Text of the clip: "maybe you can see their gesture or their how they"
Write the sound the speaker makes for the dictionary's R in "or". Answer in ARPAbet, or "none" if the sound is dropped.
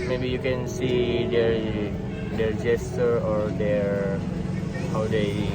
R